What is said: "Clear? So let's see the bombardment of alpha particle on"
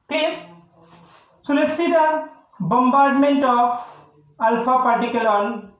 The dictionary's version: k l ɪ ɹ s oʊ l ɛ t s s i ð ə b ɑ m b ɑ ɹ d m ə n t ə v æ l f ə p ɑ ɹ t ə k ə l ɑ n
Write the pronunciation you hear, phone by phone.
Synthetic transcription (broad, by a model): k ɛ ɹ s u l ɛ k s s i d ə b ɑ m b ɑ ɹ d m ə n t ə p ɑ l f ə p ɑ ɹ t ə k ə l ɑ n